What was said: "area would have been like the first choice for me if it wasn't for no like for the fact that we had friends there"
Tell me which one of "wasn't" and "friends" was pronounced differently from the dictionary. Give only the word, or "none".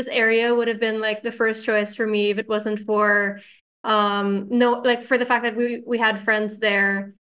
none